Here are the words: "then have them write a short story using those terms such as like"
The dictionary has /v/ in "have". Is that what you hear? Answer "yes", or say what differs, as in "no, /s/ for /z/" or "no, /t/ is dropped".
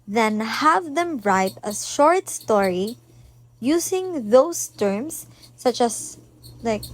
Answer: yes